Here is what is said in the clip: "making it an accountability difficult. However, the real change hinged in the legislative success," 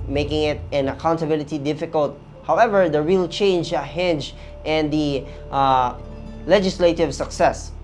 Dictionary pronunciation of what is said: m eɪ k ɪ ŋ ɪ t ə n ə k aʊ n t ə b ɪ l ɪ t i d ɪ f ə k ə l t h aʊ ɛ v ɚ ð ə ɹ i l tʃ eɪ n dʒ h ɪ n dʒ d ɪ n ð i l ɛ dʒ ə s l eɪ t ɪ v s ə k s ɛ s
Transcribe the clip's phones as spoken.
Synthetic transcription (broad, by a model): m eɪ k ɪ ŋ ɪ t ə n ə k aʊ n t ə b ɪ l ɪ t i d ɪ f ə k ə l t h aʊ ɛ v ɚ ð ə ɹ i l tʃ eɪ n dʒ h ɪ n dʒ ɪ n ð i l ɛ dʒ ə s l eɪ t ɪ v s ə k s ɛ s